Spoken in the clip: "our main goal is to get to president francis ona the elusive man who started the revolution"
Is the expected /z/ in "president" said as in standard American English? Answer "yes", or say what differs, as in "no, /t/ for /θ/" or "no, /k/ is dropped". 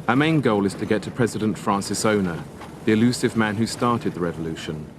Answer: yes